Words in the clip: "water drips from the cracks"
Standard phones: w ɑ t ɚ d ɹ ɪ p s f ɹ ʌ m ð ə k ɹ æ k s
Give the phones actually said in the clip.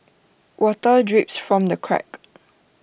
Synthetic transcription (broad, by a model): w ɑ t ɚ d ɹ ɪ p s f ɹ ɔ m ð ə k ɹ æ k